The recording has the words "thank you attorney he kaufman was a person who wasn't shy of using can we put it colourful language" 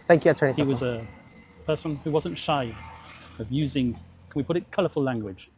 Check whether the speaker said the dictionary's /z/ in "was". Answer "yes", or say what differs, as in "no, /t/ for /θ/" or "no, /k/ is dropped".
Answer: yes